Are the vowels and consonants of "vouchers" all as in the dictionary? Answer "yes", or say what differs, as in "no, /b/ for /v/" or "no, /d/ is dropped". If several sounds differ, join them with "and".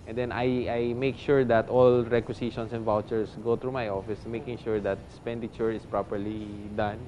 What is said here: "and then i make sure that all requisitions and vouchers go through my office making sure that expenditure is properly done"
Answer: no, /s/ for /z/